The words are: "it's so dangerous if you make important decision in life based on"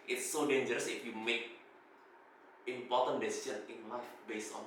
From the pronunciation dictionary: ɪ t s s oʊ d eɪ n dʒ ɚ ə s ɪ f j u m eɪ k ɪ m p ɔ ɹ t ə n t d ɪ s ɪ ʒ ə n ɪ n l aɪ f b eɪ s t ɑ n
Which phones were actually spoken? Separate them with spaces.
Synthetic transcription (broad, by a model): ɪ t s s oʊ d eɪ n dʒ ɚ ə s ɪ f j u m eɪ k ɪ m p ɔ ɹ t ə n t d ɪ s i ʃ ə n ɪ n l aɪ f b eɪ s ɑ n